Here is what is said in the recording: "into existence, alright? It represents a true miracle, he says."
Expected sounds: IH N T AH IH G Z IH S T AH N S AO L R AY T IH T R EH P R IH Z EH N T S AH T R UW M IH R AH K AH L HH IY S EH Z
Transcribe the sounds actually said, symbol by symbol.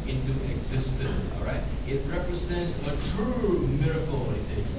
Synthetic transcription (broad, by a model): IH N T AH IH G Z IH S T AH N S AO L R AY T IH T R EH P R IH Z EH N T S AH T R UW M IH R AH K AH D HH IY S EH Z